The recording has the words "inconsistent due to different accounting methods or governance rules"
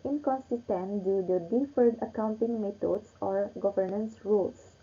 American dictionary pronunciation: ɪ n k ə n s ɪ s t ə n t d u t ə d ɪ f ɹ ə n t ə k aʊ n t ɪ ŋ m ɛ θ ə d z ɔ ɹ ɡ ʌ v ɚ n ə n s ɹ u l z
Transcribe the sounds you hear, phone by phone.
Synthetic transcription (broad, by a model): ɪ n k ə n s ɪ s t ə n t d u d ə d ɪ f ə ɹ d ə k aʊ n t ɪ ŋ m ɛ t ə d s ɔ ɹ ɡ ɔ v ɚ n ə n s ɹ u l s